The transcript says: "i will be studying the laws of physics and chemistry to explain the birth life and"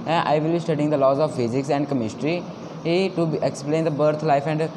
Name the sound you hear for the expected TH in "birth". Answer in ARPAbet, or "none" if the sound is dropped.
T